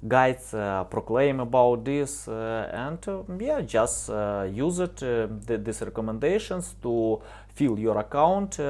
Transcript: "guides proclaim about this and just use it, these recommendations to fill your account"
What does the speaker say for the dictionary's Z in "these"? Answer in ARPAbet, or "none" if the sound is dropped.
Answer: S